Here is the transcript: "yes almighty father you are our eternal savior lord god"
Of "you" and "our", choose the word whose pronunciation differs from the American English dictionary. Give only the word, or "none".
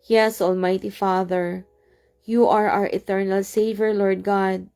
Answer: none